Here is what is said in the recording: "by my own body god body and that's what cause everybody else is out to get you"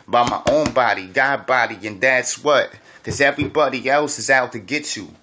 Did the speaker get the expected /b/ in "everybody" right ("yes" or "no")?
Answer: yes